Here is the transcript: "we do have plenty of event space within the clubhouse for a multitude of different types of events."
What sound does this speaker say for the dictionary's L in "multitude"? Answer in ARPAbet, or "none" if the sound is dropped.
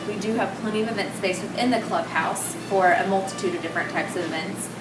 L